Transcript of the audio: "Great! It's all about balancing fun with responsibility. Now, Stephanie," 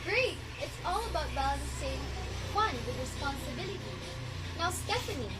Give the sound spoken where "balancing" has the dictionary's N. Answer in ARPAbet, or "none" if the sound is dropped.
none